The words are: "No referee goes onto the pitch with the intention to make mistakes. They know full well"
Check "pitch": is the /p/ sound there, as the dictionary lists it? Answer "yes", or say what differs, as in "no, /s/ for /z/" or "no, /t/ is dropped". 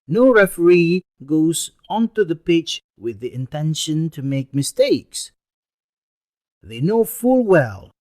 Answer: yes